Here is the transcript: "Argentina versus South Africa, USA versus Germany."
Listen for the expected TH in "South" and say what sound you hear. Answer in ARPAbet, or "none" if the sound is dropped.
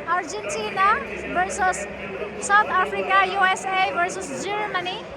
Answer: T